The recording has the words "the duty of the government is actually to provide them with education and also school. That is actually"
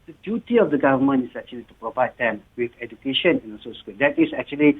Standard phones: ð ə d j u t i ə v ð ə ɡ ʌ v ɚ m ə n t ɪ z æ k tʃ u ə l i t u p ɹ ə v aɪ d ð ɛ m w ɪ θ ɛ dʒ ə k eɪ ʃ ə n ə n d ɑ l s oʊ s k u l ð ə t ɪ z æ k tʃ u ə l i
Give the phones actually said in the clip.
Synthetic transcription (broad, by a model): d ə d j u t i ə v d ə ɡ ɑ v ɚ m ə n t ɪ s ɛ k tʃ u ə l i t u p ɹ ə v aɪ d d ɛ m w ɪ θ ɛ dʒ ə k eɪ ʃ ə n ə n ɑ n s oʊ s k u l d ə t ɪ s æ k tʃ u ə l i